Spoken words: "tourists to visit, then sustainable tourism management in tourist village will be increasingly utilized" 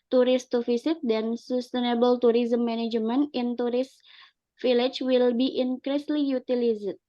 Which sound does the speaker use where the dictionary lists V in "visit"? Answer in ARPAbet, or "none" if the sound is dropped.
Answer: F